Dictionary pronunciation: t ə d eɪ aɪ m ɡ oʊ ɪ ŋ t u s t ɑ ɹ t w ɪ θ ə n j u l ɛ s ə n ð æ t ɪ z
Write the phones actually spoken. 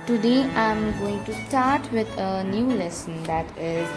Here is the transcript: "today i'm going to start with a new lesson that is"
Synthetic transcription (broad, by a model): t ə d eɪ aɪ m ɡ oʊ ɪ ŋ t u s t ɑ ɹ t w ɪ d ə n j u l ɛ s ə n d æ t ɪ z